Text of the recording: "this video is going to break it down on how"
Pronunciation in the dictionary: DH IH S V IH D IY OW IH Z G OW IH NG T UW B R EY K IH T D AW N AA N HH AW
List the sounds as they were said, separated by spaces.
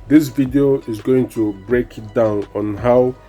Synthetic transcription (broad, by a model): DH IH S V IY D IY OW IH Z G OW IH NG T UW B R EY K IH T D AW N AA N HH AW